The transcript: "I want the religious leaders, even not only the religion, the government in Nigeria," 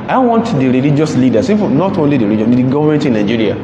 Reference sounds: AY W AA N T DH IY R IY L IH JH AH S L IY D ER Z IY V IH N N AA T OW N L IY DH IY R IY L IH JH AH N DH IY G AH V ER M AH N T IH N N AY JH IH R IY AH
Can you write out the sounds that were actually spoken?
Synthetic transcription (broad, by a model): AY W AA N T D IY R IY L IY JH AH S L IY D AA S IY F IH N N AA T OW N L IY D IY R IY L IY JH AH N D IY G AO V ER M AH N T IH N N AY JH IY R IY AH